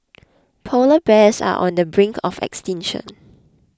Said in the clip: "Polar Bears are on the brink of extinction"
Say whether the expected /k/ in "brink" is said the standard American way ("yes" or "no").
yes